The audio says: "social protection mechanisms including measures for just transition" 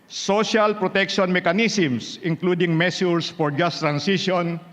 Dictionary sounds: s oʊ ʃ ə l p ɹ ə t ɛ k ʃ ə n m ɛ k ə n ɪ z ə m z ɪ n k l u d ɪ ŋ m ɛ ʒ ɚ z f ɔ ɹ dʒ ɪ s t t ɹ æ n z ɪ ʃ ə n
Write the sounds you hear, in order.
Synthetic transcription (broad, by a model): s oʊ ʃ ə l p ɹ ə t ɛ k ʃ ə n m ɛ k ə n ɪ s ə m s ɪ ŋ k l u d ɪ ŋ m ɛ s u s f ɔ ɹ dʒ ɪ s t t ɹ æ n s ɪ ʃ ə n